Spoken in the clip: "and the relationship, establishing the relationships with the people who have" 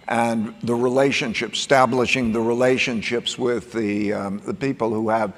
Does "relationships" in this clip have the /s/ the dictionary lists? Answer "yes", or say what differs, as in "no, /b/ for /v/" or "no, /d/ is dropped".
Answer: yes